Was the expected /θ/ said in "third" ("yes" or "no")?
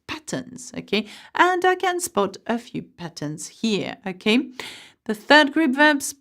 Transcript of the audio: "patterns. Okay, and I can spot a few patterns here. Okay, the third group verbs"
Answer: yes